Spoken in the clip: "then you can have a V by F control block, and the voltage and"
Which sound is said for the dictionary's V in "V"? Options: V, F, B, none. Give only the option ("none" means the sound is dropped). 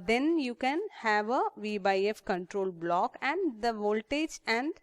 V